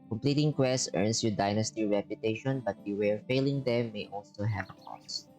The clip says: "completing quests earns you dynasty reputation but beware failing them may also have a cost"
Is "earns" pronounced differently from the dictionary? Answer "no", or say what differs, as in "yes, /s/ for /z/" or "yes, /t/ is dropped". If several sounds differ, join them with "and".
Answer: yes, /s/ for /z/